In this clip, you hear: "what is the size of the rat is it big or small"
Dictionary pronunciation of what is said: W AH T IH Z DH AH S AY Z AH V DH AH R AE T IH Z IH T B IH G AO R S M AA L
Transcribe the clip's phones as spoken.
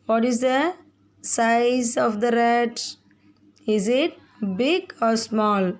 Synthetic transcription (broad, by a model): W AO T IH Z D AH S AY Z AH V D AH R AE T IH Z IH T B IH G AO R S M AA L